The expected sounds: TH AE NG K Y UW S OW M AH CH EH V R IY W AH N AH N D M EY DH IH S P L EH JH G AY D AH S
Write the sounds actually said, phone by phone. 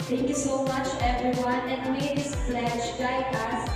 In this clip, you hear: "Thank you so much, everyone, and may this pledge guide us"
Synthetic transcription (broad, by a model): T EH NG K Y UW S OW M AH CH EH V R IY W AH N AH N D M EY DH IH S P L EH SH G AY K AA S